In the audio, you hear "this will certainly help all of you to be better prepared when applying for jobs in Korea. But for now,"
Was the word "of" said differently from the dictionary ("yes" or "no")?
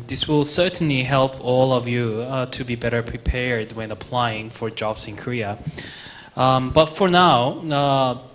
no